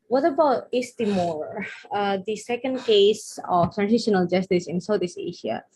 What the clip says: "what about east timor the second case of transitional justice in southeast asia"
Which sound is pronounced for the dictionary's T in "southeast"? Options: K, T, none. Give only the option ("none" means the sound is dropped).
none